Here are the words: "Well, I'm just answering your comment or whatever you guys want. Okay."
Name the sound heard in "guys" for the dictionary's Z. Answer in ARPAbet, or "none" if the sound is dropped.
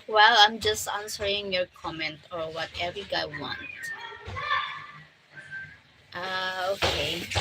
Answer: none